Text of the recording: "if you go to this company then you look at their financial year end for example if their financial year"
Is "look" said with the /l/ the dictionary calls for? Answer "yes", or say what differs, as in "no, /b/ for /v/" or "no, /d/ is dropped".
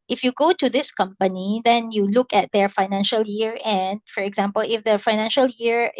yes